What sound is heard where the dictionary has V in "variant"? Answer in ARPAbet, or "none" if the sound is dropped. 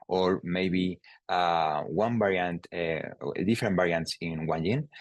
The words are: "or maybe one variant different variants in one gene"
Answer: B